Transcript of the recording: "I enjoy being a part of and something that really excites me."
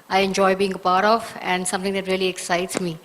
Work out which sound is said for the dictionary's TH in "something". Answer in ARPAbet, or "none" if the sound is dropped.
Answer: T